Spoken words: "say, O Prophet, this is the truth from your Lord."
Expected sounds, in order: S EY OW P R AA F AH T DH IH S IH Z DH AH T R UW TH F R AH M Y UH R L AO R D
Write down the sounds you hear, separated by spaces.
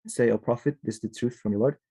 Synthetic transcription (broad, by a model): S EY OW P R AA F AH T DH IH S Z DH AH T R UW TH F R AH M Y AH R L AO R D